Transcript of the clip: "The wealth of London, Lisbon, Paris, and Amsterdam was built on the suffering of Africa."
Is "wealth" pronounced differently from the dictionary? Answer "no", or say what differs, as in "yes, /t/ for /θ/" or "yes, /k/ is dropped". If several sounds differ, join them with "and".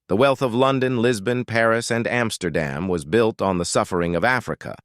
no